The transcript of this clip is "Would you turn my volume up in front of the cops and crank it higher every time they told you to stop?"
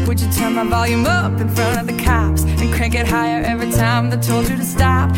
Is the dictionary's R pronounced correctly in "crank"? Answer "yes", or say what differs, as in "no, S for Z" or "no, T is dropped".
no, R is dropped